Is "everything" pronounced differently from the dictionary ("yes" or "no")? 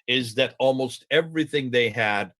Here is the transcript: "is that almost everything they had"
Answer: no